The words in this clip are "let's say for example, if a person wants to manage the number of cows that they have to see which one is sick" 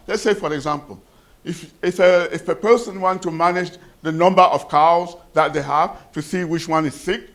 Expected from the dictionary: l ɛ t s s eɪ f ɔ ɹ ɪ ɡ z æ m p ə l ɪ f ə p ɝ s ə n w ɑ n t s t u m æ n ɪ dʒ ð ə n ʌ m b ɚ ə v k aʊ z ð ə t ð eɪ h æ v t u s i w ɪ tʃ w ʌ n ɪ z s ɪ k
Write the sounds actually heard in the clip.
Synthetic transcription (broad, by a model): l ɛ t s s eɪ f ɔ ɹ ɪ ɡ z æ m p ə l ɪ f ə p ɝ s ə n w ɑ n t t u m æ n ɪ dʒ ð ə n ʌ m b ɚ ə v k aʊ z ð ə t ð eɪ h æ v t u s i w ɪ tʃ w ʌ n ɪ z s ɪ k